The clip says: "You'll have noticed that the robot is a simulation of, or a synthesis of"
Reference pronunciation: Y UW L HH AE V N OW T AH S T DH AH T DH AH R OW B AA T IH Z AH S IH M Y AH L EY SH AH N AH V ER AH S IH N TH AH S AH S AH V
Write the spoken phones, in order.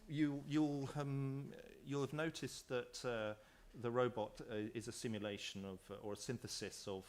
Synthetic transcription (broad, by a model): Y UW L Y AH V N OW T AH S DH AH T DH AH R OW B AA T IH Z AH S IH M Y AH L EY SH AH N AH V ER AH S IH N TH AH S AH S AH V